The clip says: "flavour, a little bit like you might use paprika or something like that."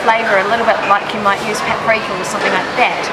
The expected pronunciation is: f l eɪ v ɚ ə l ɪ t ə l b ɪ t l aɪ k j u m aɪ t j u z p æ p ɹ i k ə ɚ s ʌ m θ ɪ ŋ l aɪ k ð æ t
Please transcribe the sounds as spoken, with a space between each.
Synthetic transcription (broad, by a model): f l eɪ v ɚ ə l ɪ t l b ɪ t l aɪ k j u m aɪ t j u z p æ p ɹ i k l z s ʌ m θ ɪ ŋ l aɪ k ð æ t